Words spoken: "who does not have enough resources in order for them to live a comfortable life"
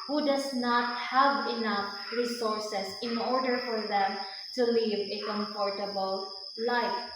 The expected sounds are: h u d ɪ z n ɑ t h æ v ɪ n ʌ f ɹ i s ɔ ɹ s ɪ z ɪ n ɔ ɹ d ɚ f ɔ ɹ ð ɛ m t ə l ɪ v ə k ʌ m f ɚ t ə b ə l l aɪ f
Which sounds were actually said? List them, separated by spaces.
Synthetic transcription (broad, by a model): h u d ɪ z n ɑ t h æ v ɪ n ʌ f ɹ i s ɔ ɹ s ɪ s ɪ n ɔ ɹ d ɚ f ɔ ɹ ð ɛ m t ə l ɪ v ə k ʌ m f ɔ t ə b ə l l aɪ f